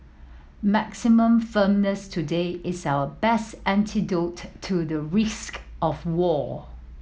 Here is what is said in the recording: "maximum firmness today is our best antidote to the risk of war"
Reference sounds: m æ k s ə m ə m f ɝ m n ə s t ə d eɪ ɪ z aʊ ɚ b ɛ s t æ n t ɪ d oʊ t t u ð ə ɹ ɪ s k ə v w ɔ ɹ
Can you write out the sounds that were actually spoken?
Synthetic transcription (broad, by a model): m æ k s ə m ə m f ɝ m n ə s t ə d eɪ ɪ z aʊ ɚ b ɛ s t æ n t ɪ d oʊ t t u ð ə ɹ ɪ s k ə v w ɔ